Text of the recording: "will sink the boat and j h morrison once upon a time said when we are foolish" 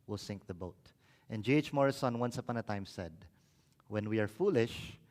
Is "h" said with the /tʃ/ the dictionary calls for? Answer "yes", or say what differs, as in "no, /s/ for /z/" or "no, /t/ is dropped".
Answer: yes